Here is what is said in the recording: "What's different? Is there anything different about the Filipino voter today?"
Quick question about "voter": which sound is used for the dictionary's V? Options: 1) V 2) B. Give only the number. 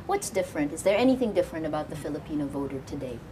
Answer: 1